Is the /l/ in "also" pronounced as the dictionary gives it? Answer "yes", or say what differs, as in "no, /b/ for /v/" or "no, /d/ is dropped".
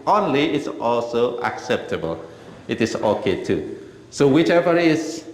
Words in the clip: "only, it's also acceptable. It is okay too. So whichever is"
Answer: yes